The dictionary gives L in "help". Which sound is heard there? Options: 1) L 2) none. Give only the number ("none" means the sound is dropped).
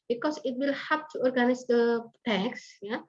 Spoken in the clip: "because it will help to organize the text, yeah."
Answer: 2